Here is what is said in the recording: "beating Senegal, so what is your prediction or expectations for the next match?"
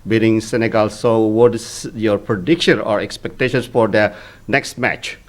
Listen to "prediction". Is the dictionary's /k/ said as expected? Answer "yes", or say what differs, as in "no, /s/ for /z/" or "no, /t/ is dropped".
yes